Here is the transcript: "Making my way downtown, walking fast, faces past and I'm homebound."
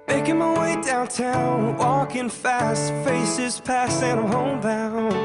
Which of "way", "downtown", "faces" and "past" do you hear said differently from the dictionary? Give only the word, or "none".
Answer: past